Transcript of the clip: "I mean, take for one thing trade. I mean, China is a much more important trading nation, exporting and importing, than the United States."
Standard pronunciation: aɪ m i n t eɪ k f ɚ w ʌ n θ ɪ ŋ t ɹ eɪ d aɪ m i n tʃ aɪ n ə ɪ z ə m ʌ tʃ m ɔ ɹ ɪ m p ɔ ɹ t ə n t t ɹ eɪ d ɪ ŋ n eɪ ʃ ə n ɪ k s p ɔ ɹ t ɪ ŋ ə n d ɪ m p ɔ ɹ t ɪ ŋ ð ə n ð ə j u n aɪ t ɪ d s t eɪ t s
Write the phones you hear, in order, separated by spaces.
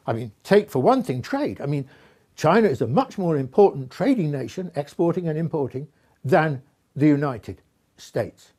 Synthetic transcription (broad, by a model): aɪ m i n t eɪ k f ɚ w ʌ n θ ɪ ŋ t ɹ eɪ d aɪ m i n tʃ aɪ n ə ɪ z ə m ʌ tʃ m ɔ ɹ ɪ m p ɔ ɹ t n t t ɹ eɪ d ɪ ŋ n eɪ ʃ ə n ɪ k s p ɔ ɹ t ɪ ŋ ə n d ɪ m p ɔ ɹ t ɪ ŋ ð ə n ð ə j u n aɪ t ɪ d s t eɪ t s